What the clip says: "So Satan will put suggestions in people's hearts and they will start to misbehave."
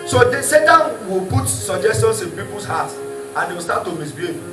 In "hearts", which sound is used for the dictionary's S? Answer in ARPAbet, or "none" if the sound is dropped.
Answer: none